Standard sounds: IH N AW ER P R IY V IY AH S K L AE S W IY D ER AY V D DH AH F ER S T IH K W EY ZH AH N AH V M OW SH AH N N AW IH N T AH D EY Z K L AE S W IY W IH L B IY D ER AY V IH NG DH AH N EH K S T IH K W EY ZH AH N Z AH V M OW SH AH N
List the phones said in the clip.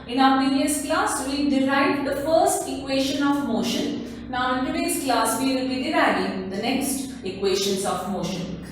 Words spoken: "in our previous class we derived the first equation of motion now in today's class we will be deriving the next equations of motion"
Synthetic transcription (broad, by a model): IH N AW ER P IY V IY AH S K L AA S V IY D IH AY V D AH F ER S T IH K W EY SH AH N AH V M OW SH AH N N AW IH N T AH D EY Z K L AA S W IY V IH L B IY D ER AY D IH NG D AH N EH K S T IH K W EY SH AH N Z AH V M OW SH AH N